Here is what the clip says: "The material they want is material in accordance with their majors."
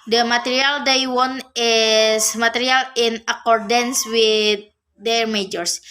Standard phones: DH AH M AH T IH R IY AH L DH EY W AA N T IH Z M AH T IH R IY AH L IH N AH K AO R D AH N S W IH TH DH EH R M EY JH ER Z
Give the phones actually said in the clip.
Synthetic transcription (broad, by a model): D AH M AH T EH R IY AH L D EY W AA N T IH S M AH T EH R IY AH L IH N AH K AO R D AH N S W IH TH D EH R M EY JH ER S